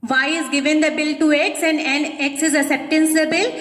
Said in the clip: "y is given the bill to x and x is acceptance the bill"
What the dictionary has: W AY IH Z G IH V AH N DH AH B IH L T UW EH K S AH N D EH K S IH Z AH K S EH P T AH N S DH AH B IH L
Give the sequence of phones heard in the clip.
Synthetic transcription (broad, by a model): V AY IH Z G IH V AH N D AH B IH L T UW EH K S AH N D EH K S IH Z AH S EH P T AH N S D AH B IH L